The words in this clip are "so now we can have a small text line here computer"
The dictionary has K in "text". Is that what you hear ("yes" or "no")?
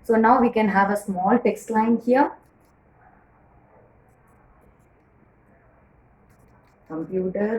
yes